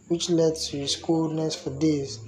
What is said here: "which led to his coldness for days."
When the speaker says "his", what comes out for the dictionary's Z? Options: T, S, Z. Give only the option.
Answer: S